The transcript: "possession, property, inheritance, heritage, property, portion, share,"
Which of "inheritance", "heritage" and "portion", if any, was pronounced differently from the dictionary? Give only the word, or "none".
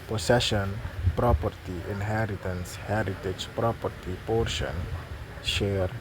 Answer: none